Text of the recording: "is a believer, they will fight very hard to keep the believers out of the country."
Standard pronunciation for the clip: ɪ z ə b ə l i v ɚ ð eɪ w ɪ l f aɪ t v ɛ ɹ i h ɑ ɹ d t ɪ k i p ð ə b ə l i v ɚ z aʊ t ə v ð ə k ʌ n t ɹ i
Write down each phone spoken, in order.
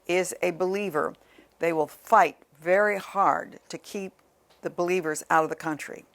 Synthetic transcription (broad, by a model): ɪ z ə b ə l i v ɚ ð eɪ w ɪ l f aɪ t v ɛ ɹ i h ɑ ɹ d t ɪ k i p ð ə b ə l i v ɚ z aʊ t ə v ð ə k ʌ n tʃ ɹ i